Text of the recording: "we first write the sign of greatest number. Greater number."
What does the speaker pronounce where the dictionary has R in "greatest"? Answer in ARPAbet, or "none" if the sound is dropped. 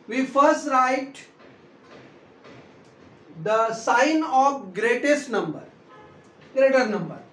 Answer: R